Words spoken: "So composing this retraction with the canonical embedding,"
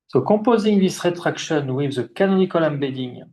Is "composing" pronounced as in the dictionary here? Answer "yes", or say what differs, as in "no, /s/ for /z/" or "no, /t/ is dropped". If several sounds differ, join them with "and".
no, /m/ is dropped